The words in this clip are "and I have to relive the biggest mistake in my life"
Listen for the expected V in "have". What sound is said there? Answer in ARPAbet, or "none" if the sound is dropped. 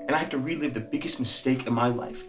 F